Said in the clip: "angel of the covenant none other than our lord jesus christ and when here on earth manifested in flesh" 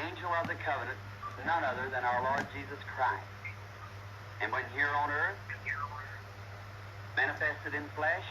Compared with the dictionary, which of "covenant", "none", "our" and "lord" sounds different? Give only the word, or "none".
none